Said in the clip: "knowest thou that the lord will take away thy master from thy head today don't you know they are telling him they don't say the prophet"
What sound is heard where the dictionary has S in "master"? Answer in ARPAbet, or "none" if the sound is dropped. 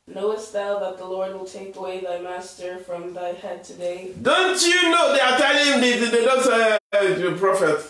S